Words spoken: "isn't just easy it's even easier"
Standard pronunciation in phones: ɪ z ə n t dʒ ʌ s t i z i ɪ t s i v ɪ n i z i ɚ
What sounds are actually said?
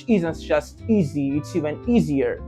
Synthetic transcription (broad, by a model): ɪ z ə n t dʒ ʌ s t i z i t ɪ ɪ n i z i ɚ